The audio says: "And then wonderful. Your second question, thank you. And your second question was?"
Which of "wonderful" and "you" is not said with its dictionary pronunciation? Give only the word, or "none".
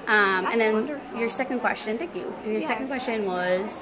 wonderful